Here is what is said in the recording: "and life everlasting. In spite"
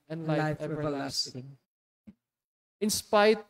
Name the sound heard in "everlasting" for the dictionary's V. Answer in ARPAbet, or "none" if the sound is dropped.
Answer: none